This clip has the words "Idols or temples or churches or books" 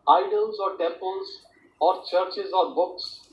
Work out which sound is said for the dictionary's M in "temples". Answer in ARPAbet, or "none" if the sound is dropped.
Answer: none